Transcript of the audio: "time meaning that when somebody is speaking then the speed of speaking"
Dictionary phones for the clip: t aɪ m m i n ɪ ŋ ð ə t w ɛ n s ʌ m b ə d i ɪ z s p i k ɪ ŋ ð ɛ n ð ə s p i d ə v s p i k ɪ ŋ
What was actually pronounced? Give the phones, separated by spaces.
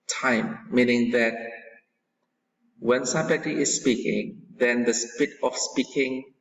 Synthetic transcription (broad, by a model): t aɪ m m i n ɪ ŋ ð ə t w ɛ n s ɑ b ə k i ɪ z s p i k ɪ ŋ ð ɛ n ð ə s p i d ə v s p i k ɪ ŋ